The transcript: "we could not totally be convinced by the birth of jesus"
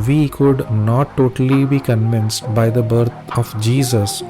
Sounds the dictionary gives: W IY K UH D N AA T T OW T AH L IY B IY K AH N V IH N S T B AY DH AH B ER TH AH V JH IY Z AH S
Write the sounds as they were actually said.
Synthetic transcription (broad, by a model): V IY K UH D N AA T T OW T AH L IY B IY K AH N V IH N S T B AY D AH B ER T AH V JH IY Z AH S